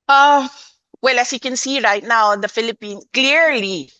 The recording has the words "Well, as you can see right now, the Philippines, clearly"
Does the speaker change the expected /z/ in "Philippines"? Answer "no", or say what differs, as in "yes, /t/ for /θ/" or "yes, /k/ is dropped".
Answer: yes, /z/ is dropped